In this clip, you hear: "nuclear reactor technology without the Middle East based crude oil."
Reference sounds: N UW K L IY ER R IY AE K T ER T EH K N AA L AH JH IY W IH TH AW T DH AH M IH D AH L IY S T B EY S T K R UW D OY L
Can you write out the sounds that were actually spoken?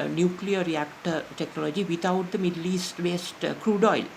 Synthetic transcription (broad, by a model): N UW K L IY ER R IY AE K T ER T EH K N AA L AH JH IY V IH T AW T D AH M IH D L IY S T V EY S T K R UW D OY L